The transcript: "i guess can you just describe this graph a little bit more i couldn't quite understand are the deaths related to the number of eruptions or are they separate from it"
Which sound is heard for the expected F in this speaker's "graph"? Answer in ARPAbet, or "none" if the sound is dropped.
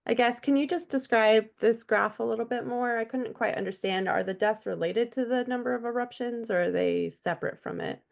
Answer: F